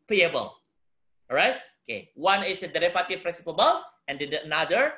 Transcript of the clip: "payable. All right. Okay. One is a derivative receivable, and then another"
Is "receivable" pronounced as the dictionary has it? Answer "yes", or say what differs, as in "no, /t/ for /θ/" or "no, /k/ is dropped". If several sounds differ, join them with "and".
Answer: no, /p/ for /v/